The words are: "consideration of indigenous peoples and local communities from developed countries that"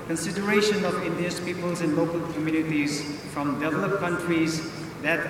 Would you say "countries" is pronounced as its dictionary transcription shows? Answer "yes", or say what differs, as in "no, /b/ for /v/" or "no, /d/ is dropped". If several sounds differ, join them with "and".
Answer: yes